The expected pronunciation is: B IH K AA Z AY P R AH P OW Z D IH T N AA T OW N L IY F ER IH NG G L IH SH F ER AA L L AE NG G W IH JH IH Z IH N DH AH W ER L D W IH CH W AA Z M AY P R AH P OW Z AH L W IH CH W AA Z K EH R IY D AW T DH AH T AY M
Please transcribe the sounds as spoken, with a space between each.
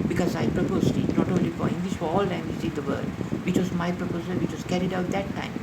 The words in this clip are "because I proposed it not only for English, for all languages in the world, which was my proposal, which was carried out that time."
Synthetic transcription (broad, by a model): B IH K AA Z AY P R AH P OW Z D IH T N AA T OW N L IY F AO IH NG G L IH SH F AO AA L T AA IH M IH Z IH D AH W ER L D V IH CH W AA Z M AY P R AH P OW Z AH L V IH CH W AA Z K EH R IY D AW T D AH T AY M